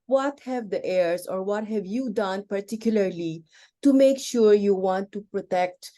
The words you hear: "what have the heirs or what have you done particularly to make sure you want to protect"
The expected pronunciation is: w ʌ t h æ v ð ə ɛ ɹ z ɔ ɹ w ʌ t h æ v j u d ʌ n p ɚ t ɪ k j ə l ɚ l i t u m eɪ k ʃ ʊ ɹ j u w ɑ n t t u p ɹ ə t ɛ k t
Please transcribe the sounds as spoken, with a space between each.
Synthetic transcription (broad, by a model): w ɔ t h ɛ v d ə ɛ ɹ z ɔ ɹ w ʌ t h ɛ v j u d ʌ n p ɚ t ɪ k j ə l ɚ l i t u m eɪ k ʃ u ɹ j u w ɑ n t t u p ɹ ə t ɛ k t